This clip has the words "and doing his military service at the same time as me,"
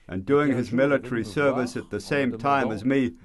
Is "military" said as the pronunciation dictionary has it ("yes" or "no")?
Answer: yes